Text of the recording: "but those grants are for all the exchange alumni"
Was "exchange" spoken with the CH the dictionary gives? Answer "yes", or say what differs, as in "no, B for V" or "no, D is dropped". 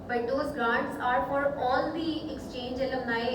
yes